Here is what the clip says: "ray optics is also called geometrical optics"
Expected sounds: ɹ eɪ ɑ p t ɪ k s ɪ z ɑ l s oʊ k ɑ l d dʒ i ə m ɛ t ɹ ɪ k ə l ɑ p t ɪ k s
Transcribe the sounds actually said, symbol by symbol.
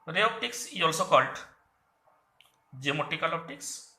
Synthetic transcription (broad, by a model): ɹ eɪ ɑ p t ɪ k s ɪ ɑ l s oʊ k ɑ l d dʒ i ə m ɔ t ɪ k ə l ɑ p t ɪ k s